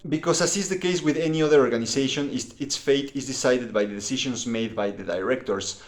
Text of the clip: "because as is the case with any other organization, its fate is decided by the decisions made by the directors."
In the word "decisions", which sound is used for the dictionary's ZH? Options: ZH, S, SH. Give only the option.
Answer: SH